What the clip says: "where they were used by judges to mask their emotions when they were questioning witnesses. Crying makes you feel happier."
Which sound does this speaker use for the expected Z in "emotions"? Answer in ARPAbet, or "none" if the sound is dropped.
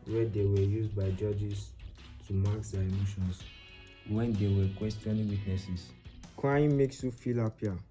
S